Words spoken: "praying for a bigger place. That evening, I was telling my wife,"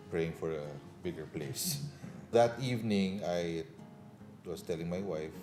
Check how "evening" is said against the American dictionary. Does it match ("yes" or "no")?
yes